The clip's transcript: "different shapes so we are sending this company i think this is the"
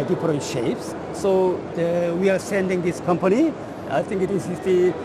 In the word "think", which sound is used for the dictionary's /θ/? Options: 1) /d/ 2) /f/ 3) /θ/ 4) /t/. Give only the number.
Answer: 4